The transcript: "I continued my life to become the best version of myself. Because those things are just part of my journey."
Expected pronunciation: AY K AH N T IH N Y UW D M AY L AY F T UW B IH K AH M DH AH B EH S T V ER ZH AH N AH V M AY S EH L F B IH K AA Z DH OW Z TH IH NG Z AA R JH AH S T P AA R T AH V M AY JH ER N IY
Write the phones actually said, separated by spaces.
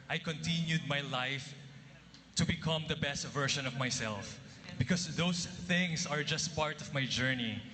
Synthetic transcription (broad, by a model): AY K AH N T IH N Y UW D M AY L AY F T UW B IH K AH M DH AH B EH S T V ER SH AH N AH V M AY S EH L F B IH K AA S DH OW S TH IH NG S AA R JH AH S T P AA R T AH V M AY JH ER N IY